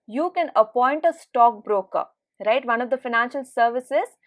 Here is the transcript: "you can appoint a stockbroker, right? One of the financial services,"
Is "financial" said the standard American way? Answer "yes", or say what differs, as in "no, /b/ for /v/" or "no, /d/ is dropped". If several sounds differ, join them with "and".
yes